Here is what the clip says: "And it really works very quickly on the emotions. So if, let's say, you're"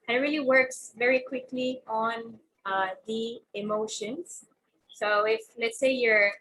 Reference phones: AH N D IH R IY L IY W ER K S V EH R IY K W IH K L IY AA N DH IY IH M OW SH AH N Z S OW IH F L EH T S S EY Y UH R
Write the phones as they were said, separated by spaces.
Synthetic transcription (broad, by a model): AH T R IY L IY W ER K S V EH R IY K W IH K L IY AA N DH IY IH M OW SH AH N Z S OW IH F L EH T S S EY Y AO R